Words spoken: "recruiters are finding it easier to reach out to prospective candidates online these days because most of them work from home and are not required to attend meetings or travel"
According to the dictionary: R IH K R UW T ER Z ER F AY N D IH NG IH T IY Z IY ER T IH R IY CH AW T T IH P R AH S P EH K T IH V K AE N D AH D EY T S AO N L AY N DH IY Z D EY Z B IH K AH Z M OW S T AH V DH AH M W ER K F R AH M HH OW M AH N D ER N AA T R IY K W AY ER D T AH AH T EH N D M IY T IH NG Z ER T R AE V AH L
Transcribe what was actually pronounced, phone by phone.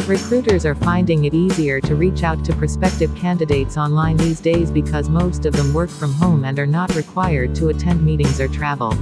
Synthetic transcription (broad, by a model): R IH K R UW T ER Z ER F AY N D IH NG IH T IY Z IY ER T IH R IY CH AW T T IH P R S P EH K T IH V K AE N D AH D EY T S AO N L AY N DH IY Z D EY Z B IH K AH Z M OW S T AH V DH AH M W ER K F R AH M HH OW M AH N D ER N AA T R IY K W AY ER D T AH AH T EH N D M IY T IH NG Z ER T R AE V L